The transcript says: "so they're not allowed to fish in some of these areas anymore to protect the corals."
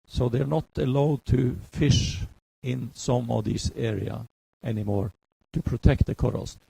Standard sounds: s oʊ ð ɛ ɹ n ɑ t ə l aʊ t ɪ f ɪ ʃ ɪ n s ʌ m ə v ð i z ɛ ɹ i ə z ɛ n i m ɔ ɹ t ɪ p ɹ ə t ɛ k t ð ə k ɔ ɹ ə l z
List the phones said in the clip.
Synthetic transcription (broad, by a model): s oʊ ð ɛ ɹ n ɑ t ə l aʊ t ɪ f ɪ ʃ ɪ n s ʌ m ə v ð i s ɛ ɹ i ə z ɛ n i m ɔ ɹ t ɪ p ɹ ə t ɛ k t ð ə k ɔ ɹ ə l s